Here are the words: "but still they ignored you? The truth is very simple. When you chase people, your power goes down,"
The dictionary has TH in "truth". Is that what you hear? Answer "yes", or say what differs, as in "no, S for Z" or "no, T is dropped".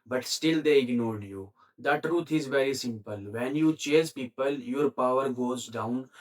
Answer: no, T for TH